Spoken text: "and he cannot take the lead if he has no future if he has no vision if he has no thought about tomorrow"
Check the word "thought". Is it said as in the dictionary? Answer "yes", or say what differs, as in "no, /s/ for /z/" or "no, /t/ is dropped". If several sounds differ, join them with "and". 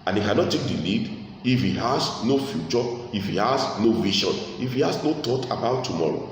no, /t/ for /θ/